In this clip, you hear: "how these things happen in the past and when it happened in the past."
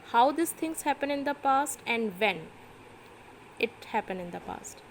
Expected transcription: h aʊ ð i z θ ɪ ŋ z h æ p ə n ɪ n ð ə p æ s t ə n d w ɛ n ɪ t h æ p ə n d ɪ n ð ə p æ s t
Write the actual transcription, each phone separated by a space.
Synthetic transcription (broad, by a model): h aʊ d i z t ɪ ŋ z h æ p ə n ɪ n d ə p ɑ s t ə n d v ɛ n ɪ t h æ p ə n ɪ n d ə p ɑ s t